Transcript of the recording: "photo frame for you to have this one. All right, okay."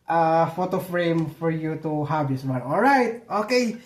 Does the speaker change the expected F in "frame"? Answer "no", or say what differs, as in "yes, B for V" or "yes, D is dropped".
no